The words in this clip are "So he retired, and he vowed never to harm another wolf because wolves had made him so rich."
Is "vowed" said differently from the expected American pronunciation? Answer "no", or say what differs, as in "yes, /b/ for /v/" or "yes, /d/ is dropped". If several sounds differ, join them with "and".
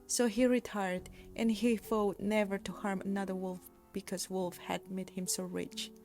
yes, /f/ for /v/